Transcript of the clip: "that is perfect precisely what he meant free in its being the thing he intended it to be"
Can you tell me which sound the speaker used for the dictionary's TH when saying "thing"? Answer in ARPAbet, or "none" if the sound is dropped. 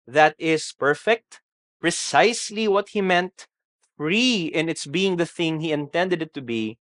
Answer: TH